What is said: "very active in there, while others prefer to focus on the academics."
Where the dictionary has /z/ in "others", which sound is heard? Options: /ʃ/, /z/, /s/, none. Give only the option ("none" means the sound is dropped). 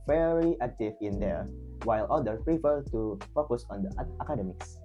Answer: none